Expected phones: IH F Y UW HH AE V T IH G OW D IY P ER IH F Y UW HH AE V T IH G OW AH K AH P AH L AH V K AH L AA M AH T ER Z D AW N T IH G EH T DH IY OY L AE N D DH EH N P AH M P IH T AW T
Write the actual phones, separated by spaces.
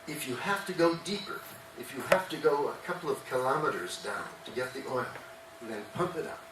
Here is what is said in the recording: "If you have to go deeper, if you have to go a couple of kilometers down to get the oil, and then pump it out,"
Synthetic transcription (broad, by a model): IH F Y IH HH AE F T IH G OW D IY P ER IH F Y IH HH AE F T IH G OW AH K AH P L AH V K AH L AA M AH T ER Z D AW N T IH G EH T DH IY OY L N DH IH N P AH M P IH T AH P